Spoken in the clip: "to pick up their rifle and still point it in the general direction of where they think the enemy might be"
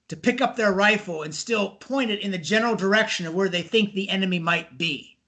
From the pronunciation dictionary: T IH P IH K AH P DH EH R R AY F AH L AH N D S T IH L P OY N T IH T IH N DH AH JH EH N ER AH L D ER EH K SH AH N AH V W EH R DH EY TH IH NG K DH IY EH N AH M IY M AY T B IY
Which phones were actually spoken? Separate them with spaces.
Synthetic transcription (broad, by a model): T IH P IH K AH P DH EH R R AY F L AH N S T IH L P OY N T IH T IH N DH AH JH EH N ER L D ER EH K SH AH N AH V W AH R DH EY TH IH NG K DH IY EH N AH M IY M AY T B IY